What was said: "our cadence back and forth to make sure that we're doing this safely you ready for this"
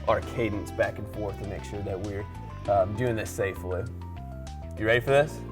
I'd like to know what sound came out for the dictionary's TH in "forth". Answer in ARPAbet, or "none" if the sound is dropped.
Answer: TH